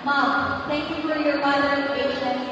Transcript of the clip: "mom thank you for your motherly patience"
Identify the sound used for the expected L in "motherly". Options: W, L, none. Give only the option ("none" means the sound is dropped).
none